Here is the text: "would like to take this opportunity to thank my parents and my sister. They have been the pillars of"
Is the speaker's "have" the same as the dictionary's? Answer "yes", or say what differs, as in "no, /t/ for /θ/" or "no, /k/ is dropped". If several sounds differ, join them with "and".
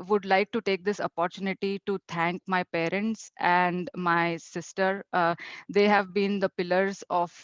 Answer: yes